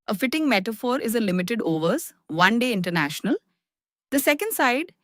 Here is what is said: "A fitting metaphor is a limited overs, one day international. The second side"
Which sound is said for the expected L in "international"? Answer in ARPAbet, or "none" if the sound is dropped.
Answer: L